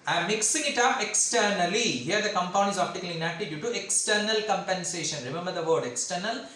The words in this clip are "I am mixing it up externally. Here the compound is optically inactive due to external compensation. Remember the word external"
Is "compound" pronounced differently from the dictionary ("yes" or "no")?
yes